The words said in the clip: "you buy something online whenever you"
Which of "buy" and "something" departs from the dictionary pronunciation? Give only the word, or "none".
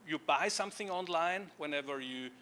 none